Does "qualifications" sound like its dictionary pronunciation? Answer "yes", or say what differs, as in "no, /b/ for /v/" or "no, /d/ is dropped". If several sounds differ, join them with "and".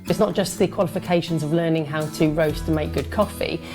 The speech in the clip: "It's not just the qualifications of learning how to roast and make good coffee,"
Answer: yes